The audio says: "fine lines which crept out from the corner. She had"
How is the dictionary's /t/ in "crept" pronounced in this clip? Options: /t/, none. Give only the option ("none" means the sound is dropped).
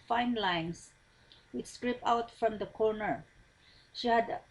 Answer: none